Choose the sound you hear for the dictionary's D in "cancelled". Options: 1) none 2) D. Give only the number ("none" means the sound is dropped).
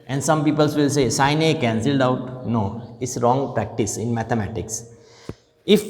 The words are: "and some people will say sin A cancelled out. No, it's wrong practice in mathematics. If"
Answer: 2